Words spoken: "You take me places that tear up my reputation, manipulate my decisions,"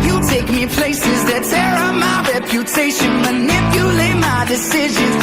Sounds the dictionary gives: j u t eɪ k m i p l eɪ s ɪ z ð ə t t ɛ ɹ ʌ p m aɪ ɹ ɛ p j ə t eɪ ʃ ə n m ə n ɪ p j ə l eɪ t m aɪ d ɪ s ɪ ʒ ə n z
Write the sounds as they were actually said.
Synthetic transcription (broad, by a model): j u t eɪ k m i p l eɪ s ɪ z ð ə t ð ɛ ɹ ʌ m aɪ ɹ ɛ p j ə t eɪ ʃ ə n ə n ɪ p j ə l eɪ m aɪ d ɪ s ɪ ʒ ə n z